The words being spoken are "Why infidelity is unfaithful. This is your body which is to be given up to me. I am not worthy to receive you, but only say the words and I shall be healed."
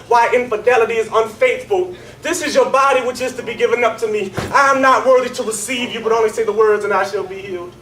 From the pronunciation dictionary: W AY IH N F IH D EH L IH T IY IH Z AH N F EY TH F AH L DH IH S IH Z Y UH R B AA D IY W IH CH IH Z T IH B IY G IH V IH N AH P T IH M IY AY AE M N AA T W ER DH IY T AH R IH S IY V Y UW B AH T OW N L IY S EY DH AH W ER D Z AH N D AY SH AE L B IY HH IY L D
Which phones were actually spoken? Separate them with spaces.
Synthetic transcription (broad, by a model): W AY IH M F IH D EH L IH T IY IH Z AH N F EY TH F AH L DH IH S IH Z Y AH R B AA D IY W IH CH IH Z T IH B IY G IH V IH N AH P T IH M IY AY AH M N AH T W ER DH IY T AH R IH S IY V Y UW B AH T OW N L IY S EY DH AH W ER D Z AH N AY SH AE L B IY HH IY L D